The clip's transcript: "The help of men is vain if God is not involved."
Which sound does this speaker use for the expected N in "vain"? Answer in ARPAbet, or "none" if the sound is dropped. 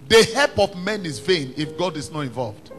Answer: N